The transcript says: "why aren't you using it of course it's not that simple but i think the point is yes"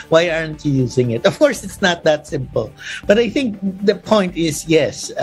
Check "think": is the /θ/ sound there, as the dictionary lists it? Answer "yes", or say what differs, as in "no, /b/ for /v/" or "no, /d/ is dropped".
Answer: yes